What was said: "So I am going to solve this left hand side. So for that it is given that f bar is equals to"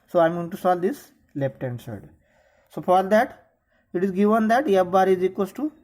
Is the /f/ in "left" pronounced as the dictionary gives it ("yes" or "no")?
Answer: no